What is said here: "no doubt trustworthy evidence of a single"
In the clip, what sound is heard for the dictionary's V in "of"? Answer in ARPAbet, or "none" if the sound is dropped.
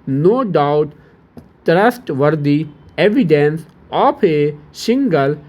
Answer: P